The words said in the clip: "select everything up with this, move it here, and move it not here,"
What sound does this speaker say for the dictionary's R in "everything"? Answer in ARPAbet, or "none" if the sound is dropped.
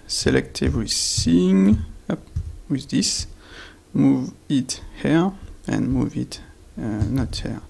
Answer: W